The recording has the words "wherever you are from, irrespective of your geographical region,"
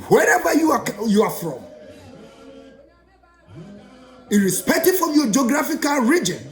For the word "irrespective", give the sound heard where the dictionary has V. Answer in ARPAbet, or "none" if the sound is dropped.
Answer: F